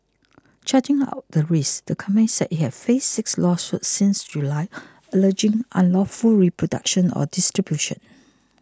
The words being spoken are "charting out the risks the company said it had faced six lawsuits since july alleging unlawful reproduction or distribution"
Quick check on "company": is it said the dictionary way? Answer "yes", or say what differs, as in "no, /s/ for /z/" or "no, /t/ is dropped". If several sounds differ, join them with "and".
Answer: no, /p/ is dropped